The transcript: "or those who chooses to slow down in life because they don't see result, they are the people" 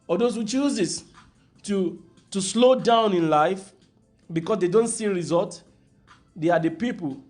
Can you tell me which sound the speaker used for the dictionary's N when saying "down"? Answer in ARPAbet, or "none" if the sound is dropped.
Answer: N